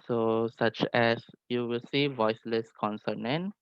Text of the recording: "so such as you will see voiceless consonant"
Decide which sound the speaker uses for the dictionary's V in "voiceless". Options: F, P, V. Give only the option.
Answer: V